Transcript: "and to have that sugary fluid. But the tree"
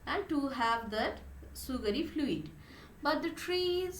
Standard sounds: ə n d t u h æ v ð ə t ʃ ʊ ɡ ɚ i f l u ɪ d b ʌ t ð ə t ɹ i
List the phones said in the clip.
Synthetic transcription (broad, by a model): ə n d t u h æ v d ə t s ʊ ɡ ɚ i f l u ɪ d b ʌ t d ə t ɹ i